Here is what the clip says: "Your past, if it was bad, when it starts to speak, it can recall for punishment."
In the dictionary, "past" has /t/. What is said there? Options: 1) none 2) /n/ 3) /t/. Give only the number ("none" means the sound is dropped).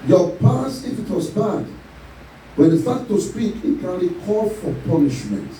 1